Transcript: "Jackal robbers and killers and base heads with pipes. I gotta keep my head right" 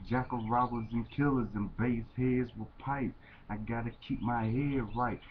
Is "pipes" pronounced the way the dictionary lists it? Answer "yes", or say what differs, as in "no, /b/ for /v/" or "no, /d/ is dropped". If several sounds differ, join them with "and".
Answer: no, /s/ is dropped